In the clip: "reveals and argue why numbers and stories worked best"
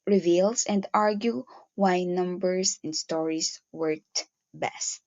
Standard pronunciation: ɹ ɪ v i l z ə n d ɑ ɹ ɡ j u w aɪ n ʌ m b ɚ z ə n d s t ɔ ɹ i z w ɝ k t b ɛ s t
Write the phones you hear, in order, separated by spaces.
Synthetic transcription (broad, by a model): ɹ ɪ v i l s ə n d ɑ ɹ ɡ j u w aɪ n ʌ m b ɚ s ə n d s t ɔ ɹ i s w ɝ t b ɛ s t